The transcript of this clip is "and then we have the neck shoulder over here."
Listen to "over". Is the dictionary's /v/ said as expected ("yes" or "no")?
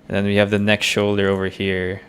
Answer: yes